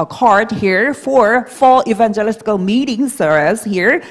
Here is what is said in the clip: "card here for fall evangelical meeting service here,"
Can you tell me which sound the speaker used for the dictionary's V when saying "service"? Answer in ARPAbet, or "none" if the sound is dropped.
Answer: none